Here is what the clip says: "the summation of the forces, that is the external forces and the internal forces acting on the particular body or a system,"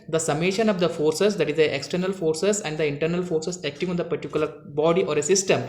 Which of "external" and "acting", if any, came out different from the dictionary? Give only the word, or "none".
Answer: none